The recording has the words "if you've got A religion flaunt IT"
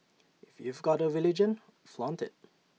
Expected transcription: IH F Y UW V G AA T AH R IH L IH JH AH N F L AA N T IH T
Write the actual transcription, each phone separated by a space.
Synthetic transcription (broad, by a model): IH F Y UW V G AA T AH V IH L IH JH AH N F L AA N T IH T